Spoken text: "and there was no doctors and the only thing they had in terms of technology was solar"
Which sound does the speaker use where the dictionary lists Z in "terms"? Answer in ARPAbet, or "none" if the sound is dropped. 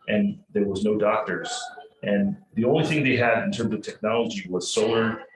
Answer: Z